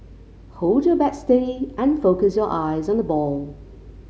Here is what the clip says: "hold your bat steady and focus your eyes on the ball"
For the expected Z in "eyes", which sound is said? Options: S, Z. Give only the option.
Z